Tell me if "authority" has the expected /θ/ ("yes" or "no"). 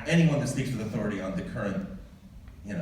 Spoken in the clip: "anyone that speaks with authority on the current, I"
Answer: yes